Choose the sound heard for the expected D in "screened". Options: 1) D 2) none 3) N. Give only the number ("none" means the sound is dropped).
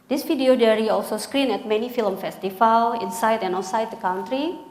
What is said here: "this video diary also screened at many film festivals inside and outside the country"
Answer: 2